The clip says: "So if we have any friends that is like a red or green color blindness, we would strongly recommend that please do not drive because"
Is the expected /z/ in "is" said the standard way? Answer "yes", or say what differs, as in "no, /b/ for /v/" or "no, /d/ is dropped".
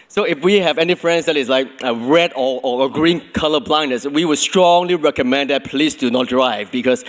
no, /s/ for /z/